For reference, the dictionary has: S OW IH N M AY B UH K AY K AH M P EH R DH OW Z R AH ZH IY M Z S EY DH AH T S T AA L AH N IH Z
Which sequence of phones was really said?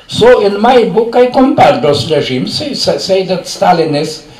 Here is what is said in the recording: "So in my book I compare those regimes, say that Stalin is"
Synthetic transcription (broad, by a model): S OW IH N M AY B UH K AY K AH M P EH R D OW S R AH ZH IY M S S EY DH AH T S T AA L AH N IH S